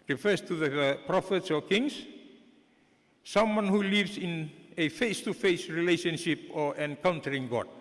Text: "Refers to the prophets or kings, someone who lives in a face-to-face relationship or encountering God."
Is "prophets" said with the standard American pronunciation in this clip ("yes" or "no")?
yes